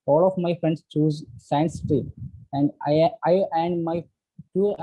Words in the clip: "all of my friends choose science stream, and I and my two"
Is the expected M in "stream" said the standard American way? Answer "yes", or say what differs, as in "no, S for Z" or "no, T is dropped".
no, M is dropped